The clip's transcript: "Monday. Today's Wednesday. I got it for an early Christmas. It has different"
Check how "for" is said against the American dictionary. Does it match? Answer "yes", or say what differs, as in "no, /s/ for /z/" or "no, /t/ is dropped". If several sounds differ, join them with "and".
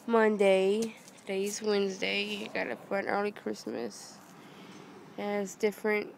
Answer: no, /p/ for /f/